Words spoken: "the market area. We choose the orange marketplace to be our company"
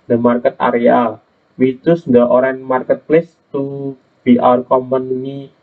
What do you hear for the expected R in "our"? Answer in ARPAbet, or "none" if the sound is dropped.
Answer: R